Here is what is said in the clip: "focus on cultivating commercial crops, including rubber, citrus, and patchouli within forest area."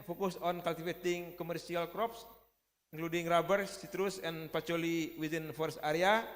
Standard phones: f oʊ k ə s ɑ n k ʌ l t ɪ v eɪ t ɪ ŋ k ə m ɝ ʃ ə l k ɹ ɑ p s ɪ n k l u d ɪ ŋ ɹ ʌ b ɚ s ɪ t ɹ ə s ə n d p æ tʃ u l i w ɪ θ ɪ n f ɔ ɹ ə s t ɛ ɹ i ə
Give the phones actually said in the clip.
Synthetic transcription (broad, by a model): f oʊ k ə s ɑ n k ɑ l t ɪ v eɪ t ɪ ŋ k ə m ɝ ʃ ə l k ɹ ɑ p s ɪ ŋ k l u d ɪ ŋ ɹ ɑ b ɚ s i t ɹ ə s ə n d p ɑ tʃ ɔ l i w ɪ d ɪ n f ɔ ɹ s ɑ ɹ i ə